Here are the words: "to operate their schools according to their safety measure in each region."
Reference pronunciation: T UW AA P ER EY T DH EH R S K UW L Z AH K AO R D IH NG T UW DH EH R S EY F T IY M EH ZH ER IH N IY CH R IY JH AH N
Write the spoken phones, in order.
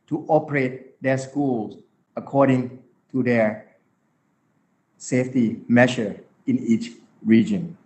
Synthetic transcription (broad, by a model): T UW AA P ER EY T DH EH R S K UW L S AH K AO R D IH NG T UW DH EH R S EY F T IY M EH SH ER IH N IY CH R IY JH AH N